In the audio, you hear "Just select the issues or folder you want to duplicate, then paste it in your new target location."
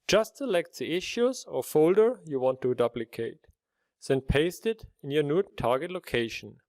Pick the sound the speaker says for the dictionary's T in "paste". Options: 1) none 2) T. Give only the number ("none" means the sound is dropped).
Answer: 2